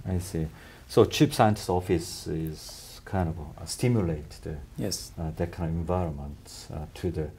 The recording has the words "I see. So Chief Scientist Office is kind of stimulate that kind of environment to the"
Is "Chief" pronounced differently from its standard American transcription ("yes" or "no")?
yes